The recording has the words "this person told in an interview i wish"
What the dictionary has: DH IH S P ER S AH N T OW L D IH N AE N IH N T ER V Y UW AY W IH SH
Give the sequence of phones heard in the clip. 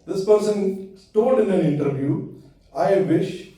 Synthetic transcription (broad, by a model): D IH S P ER S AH N T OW D IH N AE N IH N T ER V Y UW AY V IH SH